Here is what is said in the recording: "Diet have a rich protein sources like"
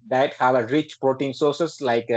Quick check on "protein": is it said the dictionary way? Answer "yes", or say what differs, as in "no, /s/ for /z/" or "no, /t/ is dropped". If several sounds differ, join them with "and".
yes